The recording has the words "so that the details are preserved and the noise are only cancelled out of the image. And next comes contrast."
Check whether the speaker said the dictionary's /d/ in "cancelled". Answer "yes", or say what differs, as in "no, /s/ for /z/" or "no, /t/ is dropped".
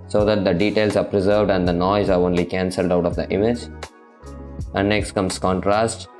yes